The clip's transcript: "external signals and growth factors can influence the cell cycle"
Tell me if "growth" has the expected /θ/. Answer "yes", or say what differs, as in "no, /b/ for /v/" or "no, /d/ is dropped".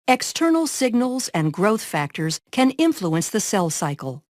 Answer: yes